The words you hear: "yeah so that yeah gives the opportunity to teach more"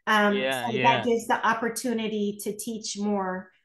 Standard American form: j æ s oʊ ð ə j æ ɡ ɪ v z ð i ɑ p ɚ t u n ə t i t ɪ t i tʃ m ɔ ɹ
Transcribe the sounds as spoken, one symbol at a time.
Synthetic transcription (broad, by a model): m s oʊ ð ə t ɡ ɪ v z ð i ɑ p ɚ t u n ə t i t ɪ t i tʃ m ɔ ɹ